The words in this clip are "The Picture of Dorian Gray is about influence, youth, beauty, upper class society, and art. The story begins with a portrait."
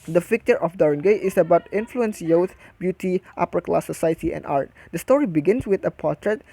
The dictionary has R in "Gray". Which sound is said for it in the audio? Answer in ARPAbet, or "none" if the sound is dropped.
none